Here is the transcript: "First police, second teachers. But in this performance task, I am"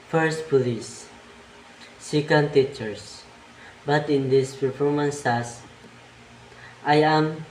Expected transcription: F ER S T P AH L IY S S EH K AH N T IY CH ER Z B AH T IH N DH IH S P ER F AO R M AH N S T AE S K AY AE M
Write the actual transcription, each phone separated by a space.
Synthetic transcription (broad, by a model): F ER S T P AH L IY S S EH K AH N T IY CH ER S B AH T IH N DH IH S P ER F AO R M AH N S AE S AY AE M